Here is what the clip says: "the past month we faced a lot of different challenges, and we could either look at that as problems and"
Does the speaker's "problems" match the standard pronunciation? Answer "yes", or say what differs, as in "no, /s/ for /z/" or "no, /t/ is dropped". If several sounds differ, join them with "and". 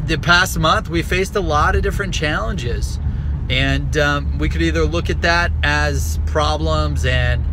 yes